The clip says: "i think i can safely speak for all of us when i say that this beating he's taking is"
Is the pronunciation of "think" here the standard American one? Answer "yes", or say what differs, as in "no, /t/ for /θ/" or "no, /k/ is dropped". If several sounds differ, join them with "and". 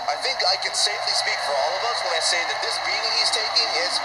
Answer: yes